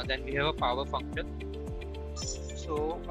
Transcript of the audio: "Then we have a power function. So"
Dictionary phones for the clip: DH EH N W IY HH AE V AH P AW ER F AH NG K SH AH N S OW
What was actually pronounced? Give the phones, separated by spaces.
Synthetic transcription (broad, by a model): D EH N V IY HH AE V AH P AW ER F AH NG K SH AH N S OW